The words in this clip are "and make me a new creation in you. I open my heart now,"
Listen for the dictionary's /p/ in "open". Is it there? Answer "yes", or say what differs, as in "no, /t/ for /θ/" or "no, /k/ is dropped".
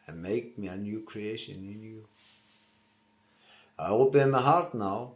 no, /b/ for /p/